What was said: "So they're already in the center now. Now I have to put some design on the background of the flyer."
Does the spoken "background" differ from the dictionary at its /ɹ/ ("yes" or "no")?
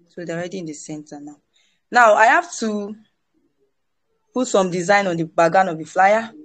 yes